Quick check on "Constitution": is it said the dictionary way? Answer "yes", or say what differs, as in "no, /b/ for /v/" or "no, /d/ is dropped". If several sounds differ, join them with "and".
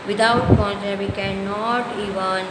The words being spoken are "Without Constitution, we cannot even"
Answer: no, /s/ is dropped